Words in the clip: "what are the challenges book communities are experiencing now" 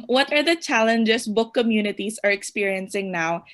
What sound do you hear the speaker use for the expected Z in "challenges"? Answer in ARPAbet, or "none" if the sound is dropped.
S